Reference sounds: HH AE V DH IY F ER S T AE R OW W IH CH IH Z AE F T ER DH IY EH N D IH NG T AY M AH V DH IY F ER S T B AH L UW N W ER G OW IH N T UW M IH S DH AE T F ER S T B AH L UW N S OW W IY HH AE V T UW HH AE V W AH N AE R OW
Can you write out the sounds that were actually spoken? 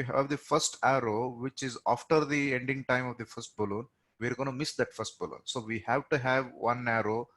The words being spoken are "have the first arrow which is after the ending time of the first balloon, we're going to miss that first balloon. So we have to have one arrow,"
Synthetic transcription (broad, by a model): HH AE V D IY F ER S T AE R OW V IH CH IH Z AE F T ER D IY EH N D IH NG T AY M AH V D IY F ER S T B AH L UW N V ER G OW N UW M IH S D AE T F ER S T B AH L UW N S OW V IY HH AE V T UW HH AE V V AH N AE R OW